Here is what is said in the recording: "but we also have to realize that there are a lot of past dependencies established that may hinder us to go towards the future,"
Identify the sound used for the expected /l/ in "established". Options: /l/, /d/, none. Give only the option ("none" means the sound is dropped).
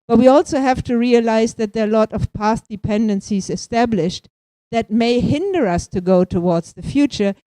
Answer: /l/